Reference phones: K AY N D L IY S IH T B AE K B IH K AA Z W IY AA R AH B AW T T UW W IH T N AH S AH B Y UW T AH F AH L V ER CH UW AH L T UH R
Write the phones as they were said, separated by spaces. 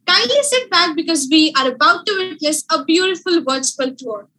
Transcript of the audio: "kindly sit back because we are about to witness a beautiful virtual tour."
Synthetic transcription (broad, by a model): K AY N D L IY S IH T B AE K B IH K AA Z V IY AA R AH B AW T T UW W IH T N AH S AH B Y UW T AH F AH L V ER S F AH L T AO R